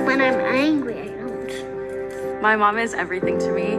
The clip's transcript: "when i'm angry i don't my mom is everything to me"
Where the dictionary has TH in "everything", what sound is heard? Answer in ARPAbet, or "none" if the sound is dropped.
TH